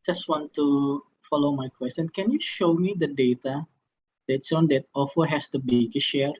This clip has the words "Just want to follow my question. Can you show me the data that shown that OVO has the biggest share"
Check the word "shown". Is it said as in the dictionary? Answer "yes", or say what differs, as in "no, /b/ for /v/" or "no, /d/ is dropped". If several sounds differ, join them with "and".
no, /s/ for /ʃ/